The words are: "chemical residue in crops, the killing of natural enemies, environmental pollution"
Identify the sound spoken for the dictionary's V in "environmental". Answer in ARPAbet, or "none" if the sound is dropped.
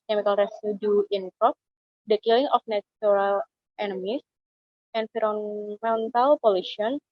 F